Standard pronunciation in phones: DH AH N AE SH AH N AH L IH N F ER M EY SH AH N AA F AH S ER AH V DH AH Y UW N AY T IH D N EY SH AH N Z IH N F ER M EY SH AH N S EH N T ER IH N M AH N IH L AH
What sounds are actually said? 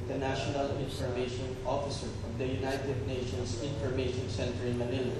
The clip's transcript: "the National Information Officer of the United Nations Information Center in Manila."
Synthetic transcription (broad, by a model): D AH N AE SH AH N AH L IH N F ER M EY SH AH N AA F AH S ER AH V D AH Y UW N AY T IH D N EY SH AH N S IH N F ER M EY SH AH N S EH N T ER IH N M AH N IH L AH